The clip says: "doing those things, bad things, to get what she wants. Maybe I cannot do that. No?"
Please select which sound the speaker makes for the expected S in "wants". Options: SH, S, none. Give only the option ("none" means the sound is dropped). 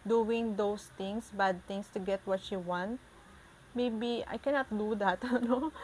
none